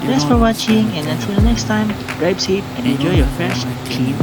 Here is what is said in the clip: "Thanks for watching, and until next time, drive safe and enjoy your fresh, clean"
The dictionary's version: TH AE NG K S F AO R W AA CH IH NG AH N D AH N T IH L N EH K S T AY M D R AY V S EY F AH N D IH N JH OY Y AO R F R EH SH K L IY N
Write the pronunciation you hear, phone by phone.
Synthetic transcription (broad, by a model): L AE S F AO R W AA CH IH NG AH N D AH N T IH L N EH K S T AY M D R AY P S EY P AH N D IH N JH OY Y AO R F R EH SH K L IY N